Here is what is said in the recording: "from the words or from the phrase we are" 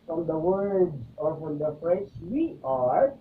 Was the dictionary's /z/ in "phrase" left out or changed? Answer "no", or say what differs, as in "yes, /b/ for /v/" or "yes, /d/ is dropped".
yes, /s/ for /z/